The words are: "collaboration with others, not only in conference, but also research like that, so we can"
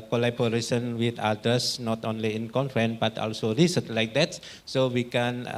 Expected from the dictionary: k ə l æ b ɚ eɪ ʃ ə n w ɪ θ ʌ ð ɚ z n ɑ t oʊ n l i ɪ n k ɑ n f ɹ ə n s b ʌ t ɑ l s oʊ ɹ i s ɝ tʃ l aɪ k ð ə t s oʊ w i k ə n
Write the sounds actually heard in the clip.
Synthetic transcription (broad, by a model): k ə l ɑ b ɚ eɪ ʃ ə n w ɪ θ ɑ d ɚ s n ɑ t oʊ n l i ɪ n k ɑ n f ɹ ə n b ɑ t ɑ l s oʊ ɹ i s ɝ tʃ l aɪ k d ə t s oʊ w i k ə n